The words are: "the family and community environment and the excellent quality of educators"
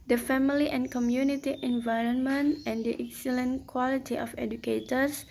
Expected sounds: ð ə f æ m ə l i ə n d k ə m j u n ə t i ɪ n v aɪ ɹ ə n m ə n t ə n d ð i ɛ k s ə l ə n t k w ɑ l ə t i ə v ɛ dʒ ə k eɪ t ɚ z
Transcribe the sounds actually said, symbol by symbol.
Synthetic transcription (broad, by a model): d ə f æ m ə l i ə n k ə m j u n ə t i ɪ n v aɪ ɹ ə n m ə n t ə n d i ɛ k s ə l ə n k w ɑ l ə t i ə f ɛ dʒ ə k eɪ t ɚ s